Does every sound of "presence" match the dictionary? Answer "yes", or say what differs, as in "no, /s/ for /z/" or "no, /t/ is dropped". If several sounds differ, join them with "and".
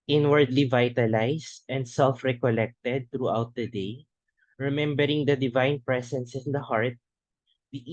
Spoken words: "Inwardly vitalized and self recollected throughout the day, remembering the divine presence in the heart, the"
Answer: no, /s/ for /z/